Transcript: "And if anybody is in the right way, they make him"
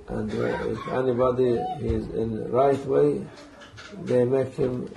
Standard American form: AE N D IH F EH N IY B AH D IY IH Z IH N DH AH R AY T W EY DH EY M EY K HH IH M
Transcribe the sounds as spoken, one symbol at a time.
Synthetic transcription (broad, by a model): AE N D IH F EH N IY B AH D IY IH Z IH N R AY T W EY DH EY M EY K HH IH M